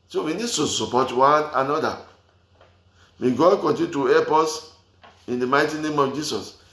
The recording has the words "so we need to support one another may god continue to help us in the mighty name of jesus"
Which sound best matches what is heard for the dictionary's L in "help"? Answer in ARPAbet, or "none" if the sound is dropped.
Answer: none